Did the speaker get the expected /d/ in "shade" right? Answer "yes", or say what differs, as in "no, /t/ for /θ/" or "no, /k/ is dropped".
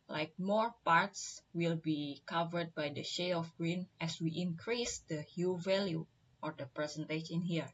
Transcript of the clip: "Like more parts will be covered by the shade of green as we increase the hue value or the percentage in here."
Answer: no, /d/ is dropped